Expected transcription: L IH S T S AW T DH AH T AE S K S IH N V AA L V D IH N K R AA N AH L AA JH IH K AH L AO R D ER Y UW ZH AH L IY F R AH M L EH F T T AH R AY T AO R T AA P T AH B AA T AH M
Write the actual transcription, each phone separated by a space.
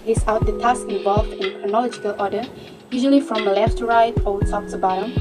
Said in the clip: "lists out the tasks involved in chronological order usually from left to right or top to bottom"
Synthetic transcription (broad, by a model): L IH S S AW T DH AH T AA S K IH N V AA L V D IH N K R AA N AH L AA JH IH K AH L AO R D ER Y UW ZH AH L IY F R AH M L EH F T T AH R AY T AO L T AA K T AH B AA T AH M